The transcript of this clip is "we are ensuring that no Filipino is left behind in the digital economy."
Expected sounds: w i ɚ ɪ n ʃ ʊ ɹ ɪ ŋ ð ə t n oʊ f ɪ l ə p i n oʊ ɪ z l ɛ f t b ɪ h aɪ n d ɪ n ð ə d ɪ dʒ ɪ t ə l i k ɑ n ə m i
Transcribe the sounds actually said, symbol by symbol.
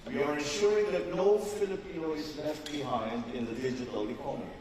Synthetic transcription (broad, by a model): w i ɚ ɪ n ʃ ʊ ɹ ɪ ŋ ð ə t n oʊ f ɪ l ə p i n oʊ ɪ z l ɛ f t b ɪ h aɪ n d ɪ n ð ə d ɪ dʒ ɪ t ə l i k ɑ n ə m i